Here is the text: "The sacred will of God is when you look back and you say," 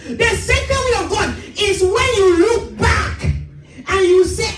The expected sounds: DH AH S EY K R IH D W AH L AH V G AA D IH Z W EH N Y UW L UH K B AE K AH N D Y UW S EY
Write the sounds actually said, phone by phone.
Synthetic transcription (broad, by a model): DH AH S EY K IH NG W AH AH V G AA D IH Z W EH N Y UW L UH K B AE K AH N Y UW S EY